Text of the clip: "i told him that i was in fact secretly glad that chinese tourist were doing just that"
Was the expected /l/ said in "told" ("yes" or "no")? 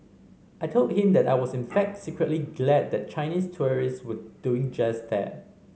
yes